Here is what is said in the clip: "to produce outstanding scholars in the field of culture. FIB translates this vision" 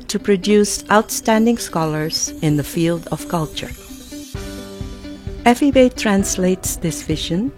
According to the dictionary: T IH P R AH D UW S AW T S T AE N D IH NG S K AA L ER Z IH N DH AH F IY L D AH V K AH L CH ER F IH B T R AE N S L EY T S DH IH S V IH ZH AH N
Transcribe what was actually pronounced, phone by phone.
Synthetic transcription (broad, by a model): T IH P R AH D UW S AW T S T AE N D IH NG S K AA L ER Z IH N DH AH F IY L D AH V K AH L CH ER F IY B T R AE N S L EY T S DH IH S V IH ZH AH N